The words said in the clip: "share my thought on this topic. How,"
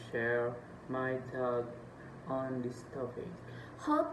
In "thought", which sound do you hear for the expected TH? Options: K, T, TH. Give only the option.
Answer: T